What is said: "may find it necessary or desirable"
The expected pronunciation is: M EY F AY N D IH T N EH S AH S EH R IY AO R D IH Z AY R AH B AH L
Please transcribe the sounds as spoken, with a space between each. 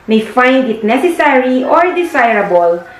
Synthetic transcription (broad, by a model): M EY F AY N D IH T N EH S AH S EH R IY AO R D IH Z AY R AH B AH L